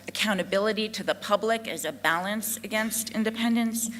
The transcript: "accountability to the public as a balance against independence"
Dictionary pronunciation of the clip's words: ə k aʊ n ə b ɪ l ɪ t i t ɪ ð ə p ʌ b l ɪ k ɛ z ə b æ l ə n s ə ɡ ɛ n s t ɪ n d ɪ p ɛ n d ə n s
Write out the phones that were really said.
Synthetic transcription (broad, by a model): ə k aʊ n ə b ɪ l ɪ t i t ɪ ð ə p ʌ b l ɪ k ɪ z ə b æ l ə n s ə ɡ ɛ n s t ɪ n d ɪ p ɛ n d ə n s